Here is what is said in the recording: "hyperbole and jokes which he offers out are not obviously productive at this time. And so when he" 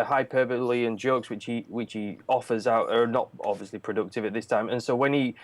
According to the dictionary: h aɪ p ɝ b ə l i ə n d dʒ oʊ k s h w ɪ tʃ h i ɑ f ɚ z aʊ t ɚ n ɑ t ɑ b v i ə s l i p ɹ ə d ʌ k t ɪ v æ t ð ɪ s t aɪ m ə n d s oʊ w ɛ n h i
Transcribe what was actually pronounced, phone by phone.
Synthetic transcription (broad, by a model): h aɪ p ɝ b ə l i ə n dʒ oʊ k s h w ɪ tʃ h i ɑ f ɚ z aʊ t ɚ n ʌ t ɑ b v i ə s l i p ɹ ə d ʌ k t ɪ v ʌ t ð ɪ s t aɪ m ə n s oʊ w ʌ n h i